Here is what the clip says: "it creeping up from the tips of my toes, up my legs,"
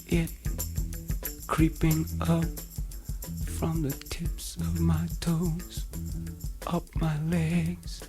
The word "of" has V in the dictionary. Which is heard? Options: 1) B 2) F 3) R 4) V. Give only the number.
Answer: 4